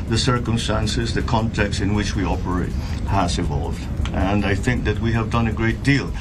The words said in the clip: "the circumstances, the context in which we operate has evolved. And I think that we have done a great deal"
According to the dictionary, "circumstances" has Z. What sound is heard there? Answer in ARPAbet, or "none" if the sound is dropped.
Z